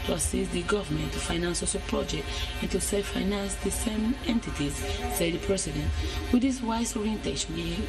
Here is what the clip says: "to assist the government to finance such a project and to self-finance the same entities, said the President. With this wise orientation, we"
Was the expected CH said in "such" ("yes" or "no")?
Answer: no